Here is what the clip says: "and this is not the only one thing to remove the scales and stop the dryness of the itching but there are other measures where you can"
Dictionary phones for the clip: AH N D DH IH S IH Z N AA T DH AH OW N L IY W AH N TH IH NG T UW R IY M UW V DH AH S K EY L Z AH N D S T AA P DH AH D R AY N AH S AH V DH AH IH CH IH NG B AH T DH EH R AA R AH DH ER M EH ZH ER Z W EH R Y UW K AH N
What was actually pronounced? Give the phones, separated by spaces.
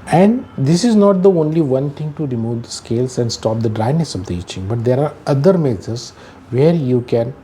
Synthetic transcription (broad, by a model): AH N D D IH S IH Z N AA T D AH OW N L IY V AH N T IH NG T UW R IY M UW V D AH S K EY L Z AH N D S T AA P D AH D R AY N AH S AH V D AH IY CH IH NG B AH T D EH R AA R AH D ER M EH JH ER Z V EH R Y UW K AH N